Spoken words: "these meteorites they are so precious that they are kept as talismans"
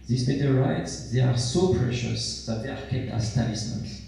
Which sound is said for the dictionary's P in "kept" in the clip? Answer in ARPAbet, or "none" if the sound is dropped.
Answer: none